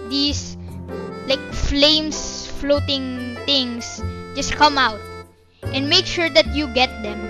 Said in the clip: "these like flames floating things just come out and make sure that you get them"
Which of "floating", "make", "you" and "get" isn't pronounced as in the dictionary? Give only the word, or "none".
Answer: none